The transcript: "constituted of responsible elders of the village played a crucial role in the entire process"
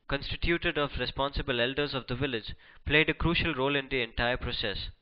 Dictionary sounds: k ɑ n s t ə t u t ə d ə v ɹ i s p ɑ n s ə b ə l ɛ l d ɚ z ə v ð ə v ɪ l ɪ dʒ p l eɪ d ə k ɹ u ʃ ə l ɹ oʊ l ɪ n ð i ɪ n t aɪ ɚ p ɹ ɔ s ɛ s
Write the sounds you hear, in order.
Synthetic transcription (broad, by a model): k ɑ n s t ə t u t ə d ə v ɹ i s p ɑ n s ə b ə l ɛ l d ɚ z ə v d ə v ɪ l ɪ dʒ p l eɪ d ə k ɹ u ʃ ə l ɹ oʊ l ɪ n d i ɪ n t aɪ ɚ p ɹ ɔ s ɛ s